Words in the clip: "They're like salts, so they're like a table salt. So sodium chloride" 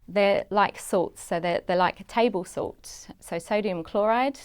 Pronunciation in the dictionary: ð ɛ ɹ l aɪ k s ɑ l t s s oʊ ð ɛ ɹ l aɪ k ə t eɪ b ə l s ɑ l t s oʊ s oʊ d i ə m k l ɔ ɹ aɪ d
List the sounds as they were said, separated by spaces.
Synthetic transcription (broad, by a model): ð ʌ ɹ l aɪ k s ɑ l t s s oʊ ð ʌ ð l aɪ k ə t eɪ b ə l s ɑ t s s oʊ s oʊ d i ə m k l ɔ ɹ aɪ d